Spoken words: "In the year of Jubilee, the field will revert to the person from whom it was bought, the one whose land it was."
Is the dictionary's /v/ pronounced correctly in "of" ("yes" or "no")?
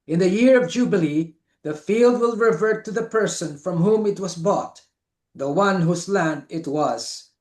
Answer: yes